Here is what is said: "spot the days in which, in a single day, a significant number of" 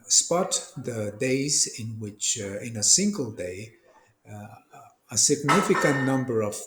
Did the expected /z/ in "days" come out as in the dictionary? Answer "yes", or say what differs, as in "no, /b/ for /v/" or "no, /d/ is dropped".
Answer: yes